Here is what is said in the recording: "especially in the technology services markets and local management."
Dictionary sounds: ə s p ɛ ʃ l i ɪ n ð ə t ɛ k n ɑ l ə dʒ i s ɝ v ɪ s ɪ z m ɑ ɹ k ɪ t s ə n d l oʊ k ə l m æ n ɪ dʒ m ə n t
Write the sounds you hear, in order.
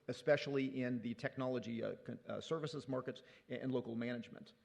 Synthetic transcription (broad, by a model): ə s p ɛ ʃ l i ɪ n ð ə t ɛ k n ɑ l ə dʒ i s ɝ v ɪ s ɪ z m ɑ ɹ k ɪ t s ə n l oʊ k l m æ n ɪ dʒ m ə n t